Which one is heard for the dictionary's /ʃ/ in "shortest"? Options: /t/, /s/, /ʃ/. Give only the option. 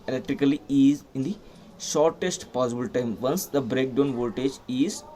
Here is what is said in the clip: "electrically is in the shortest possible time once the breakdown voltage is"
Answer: /ʃ/